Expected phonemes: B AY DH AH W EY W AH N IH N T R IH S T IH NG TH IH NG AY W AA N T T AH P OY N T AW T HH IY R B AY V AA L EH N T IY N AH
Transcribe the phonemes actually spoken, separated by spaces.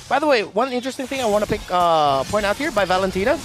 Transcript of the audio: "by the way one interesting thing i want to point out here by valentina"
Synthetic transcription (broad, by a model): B AY DH AH W EY W AH N IH N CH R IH S T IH NG TH IH NG AY W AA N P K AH P OY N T AW T HH IY R B AY V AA L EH N T IY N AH